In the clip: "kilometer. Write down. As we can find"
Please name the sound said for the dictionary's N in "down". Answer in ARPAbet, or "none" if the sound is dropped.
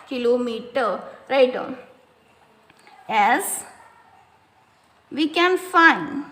none